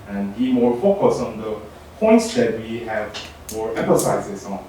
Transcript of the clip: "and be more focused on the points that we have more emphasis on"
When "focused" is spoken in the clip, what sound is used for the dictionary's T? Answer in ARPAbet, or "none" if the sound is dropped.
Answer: none